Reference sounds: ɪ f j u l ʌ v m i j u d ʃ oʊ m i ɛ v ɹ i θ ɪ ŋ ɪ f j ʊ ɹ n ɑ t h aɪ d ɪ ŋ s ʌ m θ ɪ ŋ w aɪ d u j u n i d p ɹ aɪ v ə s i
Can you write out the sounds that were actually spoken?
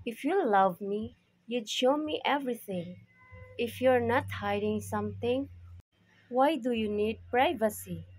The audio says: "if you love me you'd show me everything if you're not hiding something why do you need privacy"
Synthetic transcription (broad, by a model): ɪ f j u l ʌ v m i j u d ʃ oʊ m i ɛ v ɹ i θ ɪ ŋ ɪ f j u ɹ n ɑ t h aɪ d ɪ ŋ s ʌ m t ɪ ŋ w aɪ d u j u n i d p ɹ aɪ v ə s i